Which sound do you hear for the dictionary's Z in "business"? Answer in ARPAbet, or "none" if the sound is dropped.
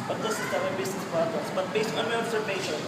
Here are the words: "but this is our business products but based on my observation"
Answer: S